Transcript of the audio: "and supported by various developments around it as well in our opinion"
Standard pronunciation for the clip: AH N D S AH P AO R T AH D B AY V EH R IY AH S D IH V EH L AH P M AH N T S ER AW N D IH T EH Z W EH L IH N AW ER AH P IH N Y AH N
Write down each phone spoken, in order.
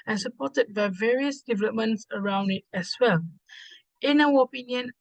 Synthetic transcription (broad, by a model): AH N S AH P AO T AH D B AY V EH R IY AH S D IH V EH L AH P M AH N T S ER AW N D IH T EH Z W EH L IH N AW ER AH P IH N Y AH N